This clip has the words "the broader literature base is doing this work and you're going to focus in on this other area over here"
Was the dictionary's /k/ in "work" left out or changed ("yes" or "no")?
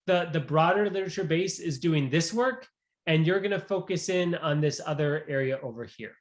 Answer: no